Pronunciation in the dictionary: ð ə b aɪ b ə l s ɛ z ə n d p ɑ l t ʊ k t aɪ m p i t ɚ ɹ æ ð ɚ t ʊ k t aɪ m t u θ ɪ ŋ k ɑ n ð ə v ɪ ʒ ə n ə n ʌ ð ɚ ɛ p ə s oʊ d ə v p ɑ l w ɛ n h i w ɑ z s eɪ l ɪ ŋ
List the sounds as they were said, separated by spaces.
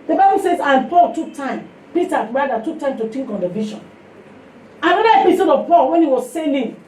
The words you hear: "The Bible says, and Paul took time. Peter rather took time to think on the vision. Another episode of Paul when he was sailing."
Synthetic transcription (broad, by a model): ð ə b aɪ b ə l s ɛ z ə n p ɑ l t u k t aɪ m p i t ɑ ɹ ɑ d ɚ t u k t aɪ m t u t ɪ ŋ k ɑ n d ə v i ʃ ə n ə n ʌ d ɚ ɛ p ə s oʊ d ə v p ɑ l w ɛ n h i w ɑ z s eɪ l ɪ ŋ